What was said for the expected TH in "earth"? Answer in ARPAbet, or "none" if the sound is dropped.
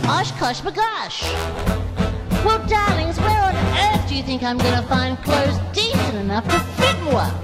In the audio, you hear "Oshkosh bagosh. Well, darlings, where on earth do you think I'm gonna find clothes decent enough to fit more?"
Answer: TH